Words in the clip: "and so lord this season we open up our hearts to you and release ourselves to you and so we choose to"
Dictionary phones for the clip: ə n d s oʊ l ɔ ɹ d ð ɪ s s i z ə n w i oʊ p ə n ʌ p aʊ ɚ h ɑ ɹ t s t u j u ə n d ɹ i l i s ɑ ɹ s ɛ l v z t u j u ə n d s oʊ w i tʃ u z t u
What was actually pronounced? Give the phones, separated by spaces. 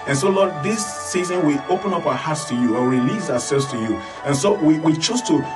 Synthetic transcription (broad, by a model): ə n s oʊ l ɔ d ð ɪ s s i z ə n w i oʊ p ə n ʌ p aʊ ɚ h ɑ t s t u j u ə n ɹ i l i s ɑ w s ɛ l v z t u j u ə n s oʊ w i tʃ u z t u